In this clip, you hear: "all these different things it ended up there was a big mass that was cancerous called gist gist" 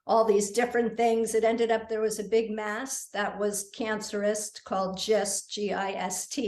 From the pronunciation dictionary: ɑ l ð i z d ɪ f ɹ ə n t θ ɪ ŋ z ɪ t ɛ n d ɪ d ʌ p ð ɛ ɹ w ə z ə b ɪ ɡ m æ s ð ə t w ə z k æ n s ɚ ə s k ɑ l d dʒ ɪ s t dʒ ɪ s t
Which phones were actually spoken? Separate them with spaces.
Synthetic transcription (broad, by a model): ɑ l ð i z d ɪ f ɹ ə n θ ɪ ŋ z ɪ t ɛ n d ɪ d ʌ p ð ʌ ɹ w ə z ə b ɪ ɡ m æ s ð ə t w ə z k æ n s ɚ ə s k ɑ l d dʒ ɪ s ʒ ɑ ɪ s t